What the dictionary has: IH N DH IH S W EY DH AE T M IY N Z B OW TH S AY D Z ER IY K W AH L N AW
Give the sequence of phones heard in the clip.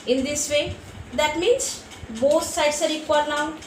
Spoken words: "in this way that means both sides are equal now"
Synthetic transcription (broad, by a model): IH N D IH S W EY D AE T M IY N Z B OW S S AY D S ER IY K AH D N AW